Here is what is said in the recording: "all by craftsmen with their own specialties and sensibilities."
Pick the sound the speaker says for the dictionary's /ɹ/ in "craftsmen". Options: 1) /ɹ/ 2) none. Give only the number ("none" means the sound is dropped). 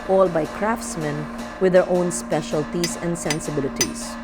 1